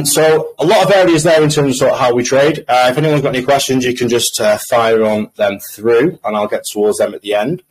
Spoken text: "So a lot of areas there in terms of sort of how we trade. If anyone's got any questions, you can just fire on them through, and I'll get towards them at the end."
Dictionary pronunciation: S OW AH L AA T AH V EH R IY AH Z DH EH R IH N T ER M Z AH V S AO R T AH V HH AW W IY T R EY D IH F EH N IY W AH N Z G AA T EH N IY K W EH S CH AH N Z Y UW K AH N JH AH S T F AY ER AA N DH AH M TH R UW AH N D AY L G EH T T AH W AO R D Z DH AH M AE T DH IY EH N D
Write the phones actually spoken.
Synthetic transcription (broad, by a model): S OW AH L AA T AH V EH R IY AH Z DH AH IH N T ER M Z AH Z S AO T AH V HH AW W IY T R EY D IH F EH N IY W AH N Z G AA T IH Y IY K W EH S CH AH N Z Y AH K AH N JH AH S T F AY ER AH N DH AH M TH R UW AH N AY L G EH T T AH W AO D Z DH AH M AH T DH IY EH N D